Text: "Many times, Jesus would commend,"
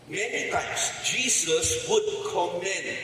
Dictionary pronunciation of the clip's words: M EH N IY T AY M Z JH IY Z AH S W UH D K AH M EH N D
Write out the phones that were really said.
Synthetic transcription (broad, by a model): M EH N IY T AY M S JH IY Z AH S W UH D K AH M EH N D